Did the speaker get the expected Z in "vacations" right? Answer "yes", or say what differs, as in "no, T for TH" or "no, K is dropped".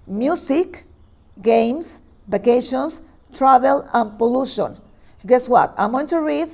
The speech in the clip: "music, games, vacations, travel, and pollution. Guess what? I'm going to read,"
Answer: no, S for Z